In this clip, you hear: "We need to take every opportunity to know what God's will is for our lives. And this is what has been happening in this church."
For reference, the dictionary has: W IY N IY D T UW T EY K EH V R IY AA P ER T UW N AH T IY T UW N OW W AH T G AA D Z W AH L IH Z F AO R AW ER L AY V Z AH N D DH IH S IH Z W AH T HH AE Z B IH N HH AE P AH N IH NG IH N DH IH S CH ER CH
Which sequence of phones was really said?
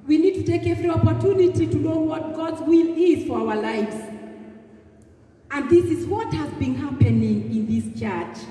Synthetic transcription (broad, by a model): W IY N IY D T UW T EY K EH V R IY AA P ER T UW N AH T IY T UW N OW W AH T G AA D Z W AH L IH Z F AO R AW ER L AY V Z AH N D DH IH S IH Z W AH T HH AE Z B IH N HH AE P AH N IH NG IH N DH IH S CH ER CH